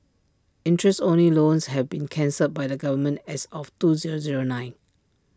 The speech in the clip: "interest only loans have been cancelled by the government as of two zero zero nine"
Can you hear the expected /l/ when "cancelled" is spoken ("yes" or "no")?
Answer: no